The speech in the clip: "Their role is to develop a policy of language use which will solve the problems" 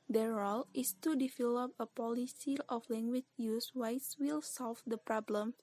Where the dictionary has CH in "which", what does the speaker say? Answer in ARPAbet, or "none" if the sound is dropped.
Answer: S